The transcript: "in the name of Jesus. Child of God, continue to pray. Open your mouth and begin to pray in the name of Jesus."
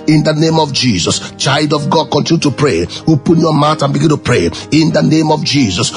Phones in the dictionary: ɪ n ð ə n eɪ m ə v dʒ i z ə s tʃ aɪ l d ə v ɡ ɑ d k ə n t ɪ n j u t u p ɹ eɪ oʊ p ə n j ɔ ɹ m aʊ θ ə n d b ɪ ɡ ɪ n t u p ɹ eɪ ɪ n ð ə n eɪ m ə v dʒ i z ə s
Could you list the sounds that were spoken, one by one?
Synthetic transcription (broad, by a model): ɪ n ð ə n eɪ m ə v dʒ i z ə s tʃ aɪ l d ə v ɡ ɑ d k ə n t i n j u t u p ɹ eɪ oʊ p ə n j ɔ m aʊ t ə n b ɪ ɡ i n t u p ɹ eɪ ɪ n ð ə n eɪ m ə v dʒ i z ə s